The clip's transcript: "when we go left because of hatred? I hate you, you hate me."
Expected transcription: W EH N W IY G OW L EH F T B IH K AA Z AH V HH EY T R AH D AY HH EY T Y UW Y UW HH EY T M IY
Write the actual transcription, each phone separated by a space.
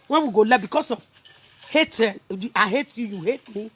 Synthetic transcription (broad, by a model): W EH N W IY G OW L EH B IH K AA S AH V HH EY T AH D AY HH EY T Y UW Y UW HH EY T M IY